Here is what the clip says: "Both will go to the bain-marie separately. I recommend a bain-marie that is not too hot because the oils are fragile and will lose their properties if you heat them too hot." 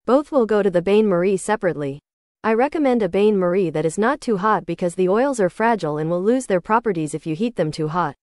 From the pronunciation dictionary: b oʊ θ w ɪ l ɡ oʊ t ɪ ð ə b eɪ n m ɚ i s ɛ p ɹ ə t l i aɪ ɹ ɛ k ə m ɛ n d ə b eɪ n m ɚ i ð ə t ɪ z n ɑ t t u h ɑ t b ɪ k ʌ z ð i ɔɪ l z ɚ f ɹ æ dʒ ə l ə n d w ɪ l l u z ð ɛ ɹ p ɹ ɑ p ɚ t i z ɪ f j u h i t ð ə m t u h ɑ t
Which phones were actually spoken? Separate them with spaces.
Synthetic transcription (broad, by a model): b oʊ θ w ɪ l ɡ oʊ t ɪ ð ə b eɪ n m ɚ i s ɛ p ɹ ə t l i aɪ ɹ ɛ k ə m ɛ n d ə b eɪ n m ɚ i ð ə t ɪ z n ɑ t t u h ɑ t b ɪ k ʌ z ð i ɔɪ l z ɚ f ɹ æ dʒ l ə n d w ɪ l l u z ð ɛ ɹ p ɹ ɑ p ɚ t i z ɪ f j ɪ h i t ð ə m t u h ɑ t